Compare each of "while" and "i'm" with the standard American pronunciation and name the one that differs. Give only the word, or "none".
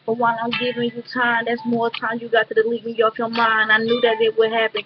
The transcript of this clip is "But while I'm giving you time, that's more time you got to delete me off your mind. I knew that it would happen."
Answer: while